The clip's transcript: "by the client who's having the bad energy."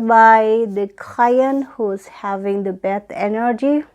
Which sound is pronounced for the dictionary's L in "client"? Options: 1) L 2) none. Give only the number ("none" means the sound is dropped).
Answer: 2